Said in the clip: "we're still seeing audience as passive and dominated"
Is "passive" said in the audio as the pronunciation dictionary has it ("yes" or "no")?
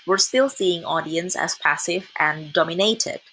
yes